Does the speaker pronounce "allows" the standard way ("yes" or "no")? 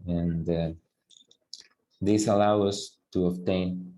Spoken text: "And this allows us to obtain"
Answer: no